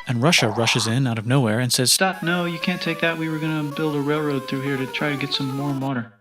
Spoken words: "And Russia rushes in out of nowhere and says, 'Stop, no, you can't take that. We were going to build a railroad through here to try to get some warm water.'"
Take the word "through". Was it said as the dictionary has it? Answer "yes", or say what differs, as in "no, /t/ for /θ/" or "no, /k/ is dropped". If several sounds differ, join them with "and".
yes